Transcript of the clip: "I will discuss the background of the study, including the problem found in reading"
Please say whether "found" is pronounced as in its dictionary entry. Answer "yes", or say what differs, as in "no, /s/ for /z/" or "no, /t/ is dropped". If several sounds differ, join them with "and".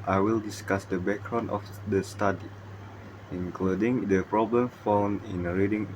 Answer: no, /d/ is dropped